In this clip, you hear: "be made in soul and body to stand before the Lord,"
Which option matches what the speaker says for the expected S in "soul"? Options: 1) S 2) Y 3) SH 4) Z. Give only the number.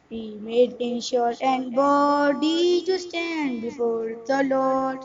3